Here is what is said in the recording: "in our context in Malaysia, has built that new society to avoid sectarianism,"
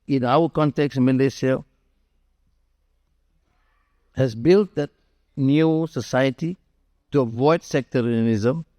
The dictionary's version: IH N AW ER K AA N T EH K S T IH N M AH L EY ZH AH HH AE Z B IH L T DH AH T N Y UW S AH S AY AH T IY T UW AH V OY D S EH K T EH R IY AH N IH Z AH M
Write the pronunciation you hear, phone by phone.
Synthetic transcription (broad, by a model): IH N AW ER K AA N T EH K S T M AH L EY S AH HH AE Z B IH L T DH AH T N Y UW S AH S AY AH T IY T UW AH V OY D S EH K T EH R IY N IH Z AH M